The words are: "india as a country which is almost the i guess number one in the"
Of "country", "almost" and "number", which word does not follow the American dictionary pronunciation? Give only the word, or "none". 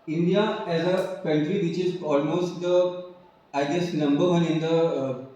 none